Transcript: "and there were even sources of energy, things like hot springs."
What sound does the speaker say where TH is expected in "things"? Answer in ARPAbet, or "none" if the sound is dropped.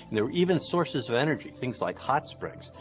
TH